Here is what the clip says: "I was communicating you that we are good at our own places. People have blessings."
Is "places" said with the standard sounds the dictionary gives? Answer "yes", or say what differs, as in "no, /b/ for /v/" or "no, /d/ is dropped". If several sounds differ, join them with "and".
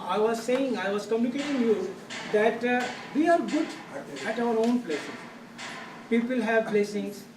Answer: no, /z/ is dropped